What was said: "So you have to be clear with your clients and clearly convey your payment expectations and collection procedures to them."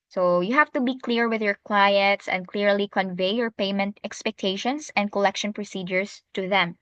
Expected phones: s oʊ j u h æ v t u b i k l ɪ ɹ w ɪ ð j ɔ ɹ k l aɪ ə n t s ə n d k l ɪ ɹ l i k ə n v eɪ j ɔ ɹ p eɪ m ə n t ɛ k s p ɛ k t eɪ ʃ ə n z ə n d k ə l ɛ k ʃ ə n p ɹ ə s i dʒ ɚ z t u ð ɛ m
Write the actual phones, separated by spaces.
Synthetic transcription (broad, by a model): s oʊ j u h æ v t u b i k l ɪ ɹ w ɪ ð j ɔ ɹ k w aɪ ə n t s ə n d k l ɪ ɹ l i k ə n v eɪ j ɔ ɹ p eɪ m ə n t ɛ k s p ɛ k t eɪ ʃ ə n s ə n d k ə l ɛ k ʃ ə n p ɹ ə s i dʒ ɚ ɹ t u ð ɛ m